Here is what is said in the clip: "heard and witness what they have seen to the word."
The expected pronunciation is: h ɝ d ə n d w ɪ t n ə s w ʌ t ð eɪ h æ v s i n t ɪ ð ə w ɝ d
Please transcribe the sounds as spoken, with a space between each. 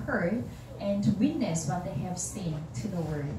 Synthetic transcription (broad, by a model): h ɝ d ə n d w ɪ t n ə s w ʌ t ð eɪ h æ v s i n t ɪ ð ə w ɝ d